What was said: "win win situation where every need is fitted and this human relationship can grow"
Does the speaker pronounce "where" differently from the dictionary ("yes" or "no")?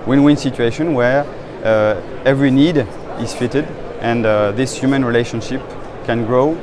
no